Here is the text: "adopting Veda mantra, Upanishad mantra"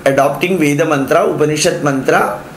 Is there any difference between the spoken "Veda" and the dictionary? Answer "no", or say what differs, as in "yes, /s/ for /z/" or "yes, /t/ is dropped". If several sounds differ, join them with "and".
no